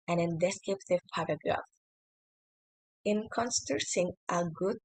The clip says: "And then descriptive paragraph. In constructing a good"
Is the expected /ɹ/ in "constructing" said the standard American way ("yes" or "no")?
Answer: no